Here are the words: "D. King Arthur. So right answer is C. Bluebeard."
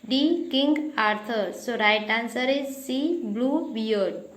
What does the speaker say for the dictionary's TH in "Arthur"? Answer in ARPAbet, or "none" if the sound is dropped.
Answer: T